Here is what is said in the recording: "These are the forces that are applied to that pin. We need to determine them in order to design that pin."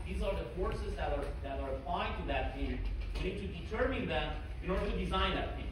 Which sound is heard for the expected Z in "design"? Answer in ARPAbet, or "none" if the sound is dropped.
Z